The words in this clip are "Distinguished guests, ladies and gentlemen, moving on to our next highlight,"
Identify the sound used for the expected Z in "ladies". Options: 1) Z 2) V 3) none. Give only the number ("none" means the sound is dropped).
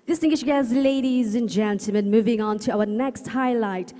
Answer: 1